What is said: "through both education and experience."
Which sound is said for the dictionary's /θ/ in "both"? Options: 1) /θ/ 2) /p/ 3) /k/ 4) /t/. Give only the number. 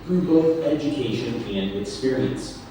1